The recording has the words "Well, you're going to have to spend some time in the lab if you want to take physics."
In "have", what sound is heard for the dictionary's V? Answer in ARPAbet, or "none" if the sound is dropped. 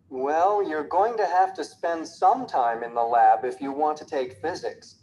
F